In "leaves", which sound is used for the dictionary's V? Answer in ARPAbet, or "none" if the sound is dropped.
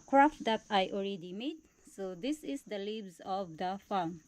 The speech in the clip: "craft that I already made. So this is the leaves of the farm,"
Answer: B